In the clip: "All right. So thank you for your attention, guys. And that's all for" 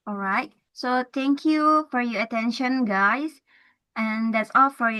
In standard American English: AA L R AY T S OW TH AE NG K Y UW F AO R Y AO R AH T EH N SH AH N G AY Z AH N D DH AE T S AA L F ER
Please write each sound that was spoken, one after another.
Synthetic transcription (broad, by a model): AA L R AY T S OW T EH NG K Y UW F AO R Y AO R AH T EH N SH AH N G AY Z AH N D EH T S AA L F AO